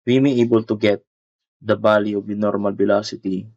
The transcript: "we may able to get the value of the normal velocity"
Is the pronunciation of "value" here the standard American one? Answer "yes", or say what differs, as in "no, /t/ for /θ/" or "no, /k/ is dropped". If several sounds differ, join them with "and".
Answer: no, /b/ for /v/